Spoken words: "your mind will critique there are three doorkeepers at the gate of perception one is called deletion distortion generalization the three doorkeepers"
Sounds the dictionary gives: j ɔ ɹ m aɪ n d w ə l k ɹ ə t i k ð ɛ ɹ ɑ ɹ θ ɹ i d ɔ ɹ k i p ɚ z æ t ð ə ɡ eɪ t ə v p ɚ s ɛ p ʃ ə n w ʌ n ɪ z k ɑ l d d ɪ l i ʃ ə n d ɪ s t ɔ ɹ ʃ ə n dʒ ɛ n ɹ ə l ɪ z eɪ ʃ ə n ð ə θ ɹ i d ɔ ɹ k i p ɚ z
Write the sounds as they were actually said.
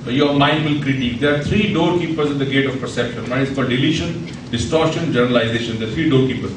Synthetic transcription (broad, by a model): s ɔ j m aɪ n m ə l k ɹ ə t i k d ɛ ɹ ɑ ɹ t ɹ i d ɔ ɹ k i p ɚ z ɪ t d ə ɡ eɪ t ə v p ɚ s ɛ p ʃ ə n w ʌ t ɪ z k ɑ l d d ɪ l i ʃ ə n d ɪ s t ɔ ɹ ʃ ə n dʒ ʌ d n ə l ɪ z eɪ ʃ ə n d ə t ɹ i d ɔ ɹ k i p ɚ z